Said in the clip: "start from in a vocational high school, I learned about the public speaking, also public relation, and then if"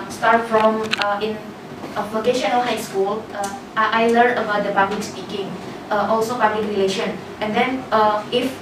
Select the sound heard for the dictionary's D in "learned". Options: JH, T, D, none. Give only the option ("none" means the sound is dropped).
none